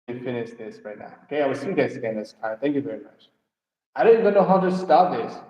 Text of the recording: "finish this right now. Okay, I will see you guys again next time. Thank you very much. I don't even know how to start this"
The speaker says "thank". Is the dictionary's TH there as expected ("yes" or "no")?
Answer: yes